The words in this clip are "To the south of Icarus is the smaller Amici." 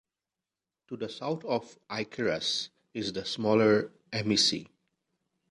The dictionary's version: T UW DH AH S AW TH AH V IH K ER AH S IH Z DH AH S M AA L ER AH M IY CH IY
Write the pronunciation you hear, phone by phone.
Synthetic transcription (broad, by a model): T UW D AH S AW T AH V IH K ER AH S IH Z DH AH S M AA L ER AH M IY S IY